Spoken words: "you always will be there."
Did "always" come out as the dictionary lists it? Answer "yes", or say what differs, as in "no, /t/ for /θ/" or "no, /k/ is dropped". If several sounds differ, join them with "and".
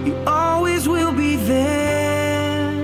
yes